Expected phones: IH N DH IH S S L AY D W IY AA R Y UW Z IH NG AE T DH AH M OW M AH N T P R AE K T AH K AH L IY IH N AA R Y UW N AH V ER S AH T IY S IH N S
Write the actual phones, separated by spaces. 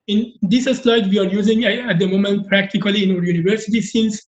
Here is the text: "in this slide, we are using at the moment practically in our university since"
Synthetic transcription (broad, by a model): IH N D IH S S L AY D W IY AA R Y UW Z IH NG AE T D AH M OW M AH N T P R AE K T AH K AH L IY IH N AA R Y UW N AH V ER S AH T IY S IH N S